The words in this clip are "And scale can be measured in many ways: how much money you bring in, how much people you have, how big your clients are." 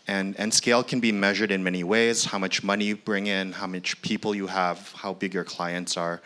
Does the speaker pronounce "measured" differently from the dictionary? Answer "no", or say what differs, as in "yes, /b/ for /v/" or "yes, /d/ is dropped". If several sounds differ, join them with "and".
no